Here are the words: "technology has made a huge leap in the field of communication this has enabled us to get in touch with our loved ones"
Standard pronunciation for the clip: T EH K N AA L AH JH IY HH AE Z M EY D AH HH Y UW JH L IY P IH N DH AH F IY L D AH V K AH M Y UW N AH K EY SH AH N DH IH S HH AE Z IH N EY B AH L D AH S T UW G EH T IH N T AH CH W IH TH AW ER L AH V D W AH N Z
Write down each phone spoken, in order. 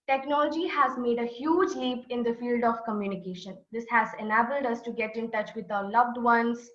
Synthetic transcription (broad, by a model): T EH K N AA L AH JH IY HH AE Z M EY D AH HH Y UW JH L IY P IH N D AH F IY L D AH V K AH M Y UW N AH K EY SH AH N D IH S HH AE Z IH N EY B AH L D AH S T UW G EH T IH N T AH CH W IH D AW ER L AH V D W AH N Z